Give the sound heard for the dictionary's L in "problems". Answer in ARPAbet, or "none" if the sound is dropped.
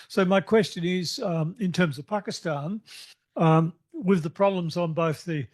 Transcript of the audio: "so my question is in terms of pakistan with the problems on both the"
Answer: L